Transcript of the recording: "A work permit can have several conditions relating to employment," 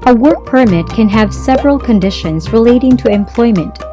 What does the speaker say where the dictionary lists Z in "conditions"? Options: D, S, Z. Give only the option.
Z